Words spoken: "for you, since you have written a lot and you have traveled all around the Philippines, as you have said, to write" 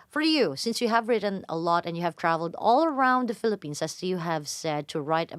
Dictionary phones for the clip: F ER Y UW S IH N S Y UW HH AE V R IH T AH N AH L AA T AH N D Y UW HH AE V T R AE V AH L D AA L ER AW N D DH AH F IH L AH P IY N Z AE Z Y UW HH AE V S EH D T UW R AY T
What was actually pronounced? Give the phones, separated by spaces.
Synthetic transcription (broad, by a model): F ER Y UW S IH N S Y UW HH AE V R IH T AH N AH L AA T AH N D Y UW HH AE V T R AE V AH L D AA L ER AW N D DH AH F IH L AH P IY N S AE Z Y UW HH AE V S EH D T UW R AY T